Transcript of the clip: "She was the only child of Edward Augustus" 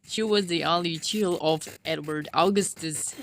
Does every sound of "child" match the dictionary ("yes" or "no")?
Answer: no